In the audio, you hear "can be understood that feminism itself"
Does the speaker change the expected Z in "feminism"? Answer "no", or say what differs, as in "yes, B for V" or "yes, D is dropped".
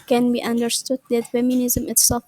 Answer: no